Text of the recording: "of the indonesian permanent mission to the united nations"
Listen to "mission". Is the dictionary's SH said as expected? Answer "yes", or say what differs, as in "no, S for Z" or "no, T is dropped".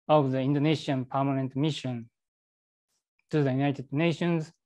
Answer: yes